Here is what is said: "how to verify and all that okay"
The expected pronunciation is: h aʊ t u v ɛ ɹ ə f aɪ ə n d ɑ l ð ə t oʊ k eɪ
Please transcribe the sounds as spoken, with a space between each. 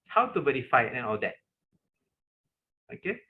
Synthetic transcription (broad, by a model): h aʊ t u b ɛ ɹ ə f aɪ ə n ɑ l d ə t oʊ k eɪ